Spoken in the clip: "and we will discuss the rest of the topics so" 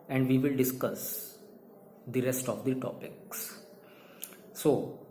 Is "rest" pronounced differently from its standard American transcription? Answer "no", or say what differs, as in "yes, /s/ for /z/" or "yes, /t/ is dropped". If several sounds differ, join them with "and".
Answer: no